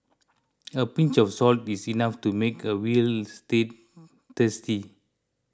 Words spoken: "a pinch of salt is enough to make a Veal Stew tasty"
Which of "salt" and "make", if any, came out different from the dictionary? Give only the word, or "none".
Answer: none